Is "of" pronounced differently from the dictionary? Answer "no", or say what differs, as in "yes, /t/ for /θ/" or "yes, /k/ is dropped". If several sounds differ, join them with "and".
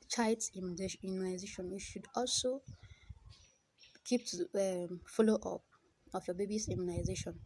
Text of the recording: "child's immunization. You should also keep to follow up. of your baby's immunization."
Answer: yes, /f/ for /v/